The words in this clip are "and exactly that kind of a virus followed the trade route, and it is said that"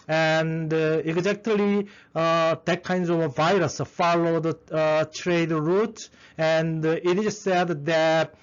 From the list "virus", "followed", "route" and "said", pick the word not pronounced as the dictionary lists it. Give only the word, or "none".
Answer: none